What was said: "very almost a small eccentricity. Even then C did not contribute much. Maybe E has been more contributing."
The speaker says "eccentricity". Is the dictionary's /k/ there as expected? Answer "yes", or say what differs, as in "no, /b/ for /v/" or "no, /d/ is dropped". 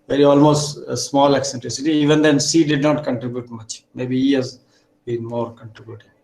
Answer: yes